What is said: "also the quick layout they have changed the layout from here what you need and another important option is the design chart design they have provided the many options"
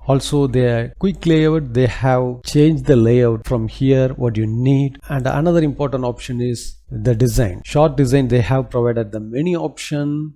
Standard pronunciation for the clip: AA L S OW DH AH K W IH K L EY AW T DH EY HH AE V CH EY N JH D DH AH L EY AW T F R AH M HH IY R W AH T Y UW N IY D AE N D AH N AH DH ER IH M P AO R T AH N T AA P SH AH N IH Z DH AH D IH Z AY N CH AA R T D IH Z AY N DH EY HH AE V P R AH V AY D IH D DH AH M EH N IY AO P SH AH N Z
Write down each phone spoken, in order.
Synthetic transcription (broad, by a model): AA L S OW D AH K W IH K L EY AW T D EY HH AE V CH EY N JH D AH L EY AW T F R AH M HH IY R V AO T Y UW N IY D AE N D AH N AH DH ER IH M P AO R T AH N T AA P SH AH N IH Z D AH D IH Z AY N SH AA R T D IH Z AY N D EY HH AE V P R AH V AY D IH D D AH M EH N IY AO P SH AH N